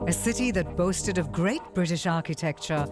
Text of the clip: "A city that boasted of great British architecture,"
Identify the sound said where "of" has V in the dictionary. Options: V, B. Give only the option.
V